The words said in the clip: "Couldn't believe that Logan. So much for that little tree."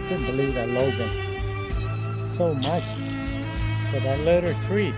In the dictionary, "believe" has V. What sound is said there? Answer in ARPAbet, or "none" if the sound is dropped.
V